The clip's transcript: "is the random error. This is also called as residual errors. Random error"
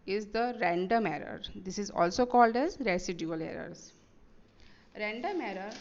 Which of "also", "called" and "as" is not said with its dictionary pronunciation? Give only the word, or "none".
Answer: none